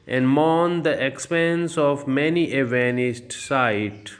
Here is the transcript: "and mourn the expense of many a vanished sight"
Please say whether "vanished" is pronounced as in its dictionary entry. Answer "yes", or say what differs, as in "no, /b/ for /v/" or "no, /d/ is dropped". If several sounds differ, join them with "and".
no, /s/ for /ʃ/